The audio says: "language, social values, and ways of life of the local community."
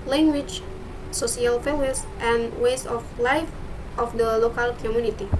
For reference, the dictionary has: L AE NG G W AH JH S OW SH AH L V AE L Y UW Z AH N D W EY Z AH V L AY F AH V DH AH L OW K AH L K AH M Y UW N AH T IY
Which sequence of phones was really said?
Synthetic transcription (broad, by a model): L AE NG G W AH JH S OW S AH L F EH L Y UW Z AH N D W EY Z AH F L AY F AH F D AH L OW K AH L K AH M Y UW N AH T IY